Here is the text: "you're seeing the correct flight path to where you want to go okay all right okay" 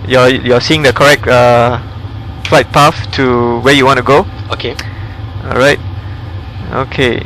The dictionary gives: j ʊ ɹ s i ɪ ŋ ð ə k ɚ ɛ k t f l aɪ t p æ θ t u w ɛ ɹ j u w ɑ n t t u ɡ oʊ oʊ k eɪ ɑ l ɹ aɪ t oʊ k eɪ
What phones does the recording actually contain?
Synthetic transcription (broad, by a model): j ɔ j s i ɪ ŋ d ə k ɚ ɛ k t f l aɪ t p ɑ f t u w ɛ j u w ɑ n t t u ɡ oʊ oʊ k eɪ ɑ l ɹ aɪ t oʊ k eɪ